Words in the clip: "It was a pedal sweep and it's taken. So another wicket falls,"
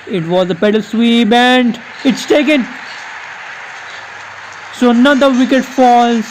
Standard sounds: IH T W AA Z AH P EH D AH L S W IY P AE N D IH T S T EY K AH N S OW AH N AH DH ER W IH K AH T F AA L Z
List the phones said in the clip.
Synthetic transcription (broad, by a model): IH T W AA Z AH P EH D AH L S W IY B AE N D IH T S T EY K AH N S OW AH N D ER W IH K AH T F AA L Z